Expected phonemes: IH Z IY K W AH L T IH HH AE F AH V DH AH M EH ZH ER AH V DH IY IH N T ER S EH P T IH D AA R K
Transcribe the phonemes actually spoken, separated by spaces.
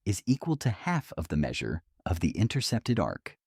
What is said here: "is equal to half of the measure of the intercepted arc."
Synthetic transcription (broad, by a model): IH Z IY K W AH L T IH HH AE F AH V DH AH M EH ZH ER AH V DH IY IH N T ER S EH P T IH D AA R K